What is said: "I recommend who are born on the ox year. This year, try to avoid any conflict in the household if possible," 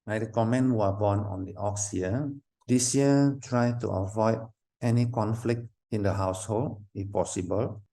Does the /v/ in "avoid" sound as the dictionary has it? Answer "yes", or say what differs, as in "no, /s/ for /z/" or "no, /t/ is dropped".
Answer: yes